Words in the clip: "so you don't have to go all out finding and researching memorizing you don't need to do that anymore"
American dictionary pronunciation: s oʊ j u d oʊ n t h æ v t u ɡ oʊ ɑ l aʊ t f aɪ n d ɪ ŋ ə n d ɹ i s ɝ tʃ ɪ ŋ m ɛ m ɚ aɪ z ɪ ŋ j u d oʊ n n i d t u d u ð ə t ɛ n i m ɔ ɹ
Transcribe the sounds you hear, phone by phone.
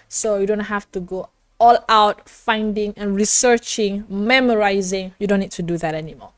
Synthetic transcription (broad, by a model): s oʊ j u d oʊ n t h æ f t u ɡ oʊ ɑ l aʊ t f aɪ n d ɪ ŋ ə n ɹ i s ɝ tʃ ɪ ŋ m ɛ m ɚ aɪ z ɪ ŋ j u d oʊ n n i d t u d u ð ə t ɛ n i m ɔ